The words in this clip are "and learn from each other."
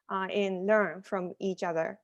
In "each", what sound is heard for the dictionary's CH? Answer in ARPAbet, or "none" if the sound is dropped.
CH